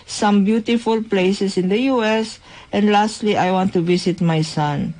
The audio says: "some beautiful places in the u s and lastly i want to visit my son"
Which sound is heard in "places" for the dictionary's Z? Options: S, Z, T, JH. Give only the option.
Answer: S